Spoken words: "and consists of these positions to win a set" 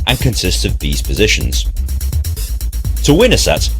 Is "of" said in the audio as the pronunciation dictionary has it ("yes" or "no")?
yes